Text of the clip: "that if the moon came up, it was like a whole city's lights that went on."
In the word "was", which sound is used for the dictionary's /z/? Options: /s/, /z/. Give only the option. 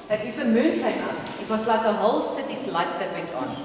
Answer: /s/